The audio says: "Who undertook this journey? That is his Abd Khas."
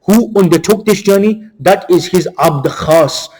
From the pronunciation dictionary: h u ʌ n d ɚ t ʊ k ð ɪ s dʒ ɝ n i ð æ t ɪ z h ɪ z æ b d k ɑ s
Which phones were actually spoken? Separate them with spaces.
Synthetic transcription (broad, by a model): h u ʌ n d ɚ t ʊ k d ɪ s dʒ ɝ n i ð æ t ɪ z h ɪ z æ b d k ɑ s